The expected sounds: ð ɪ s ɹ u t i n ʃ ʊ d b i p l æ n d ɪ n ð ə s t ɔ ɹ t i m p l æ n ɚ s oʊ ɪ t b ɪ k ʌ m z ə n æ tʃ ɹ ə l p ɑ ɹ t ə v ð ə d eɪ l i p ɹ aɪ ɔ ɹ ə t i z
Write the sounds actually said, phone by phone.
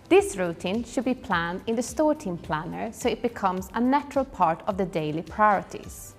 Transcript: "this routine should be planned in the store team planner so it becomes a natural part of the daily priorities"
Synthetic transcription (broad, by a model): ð ɪ s ɹ u t i n ʃ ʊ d b i p l æ n d ɪ n ð ə s t ɔ ɹ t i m p l æ n ɚ s oʊ ɪ t b ɪ k ʌ m z ə n æ tʃ ɹ ə l p ɑ ɹ t ə v ð ə d eɪ l i p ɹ aɪ ɔ ɹ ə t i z